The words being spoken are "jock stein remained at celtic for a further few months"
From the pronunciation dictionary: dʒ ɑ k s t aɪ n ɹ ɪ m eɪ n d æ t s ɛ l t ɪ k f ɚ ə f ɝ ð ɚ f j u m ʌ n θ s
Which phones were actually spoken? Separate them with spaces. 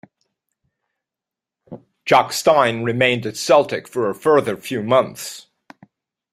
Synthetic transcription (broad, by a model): dʒ ɑ k s t aɪ n ɹ ɪ m eɪ n d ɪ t s ɛ l t ɪ k f ɚ ə f ɝ ð ɚ f j u m ʌ n θ s